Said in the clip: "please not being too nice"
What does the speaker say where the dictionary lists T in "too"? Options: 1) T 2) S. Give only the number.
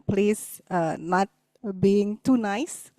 1